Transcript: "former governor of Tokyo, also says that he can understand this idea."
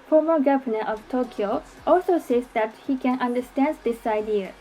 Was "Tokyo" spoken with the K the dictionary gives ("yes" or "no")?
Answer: yes